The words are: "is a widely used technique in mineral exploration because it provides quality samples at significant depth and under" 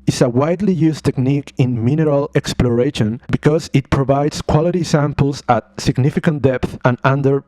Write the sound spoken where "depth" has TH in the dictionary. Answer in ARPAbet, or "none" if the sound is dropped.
TH